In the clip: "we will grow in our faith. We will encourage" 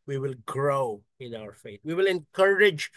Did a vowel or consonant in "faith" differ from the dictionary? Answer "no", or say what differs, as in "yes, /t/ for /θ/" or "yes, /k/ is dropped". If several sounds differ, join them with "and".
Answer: yes, /t/ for /θ/